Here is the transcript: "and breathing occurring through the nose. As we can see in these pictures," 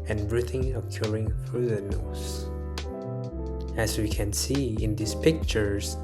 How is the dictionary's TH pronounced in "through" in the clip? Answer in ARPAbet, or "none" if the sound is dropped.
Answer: F